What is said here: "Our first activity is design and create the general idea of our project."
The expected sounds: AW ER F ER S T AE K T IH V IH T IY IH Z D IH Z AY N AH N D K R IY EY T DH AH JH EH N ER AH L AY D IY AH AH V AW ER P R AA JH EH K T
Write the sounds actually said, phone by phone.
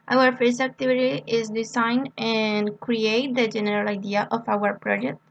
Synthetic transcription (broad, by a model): AW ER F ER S AE K T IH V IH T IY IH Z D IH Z AY N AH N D K R IY EY T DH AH JH EH N ER AH L AY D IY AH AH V AW ER P R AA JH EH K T